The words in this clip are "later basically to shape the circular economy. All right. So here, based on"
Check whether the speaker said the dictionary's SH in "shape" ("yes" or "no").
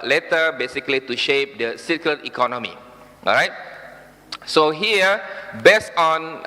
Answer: yes